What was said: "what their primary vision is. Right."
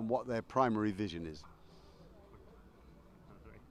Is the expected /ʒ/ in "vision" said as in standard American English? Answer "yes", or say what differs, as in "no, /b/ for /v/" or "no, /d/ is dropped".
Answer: yes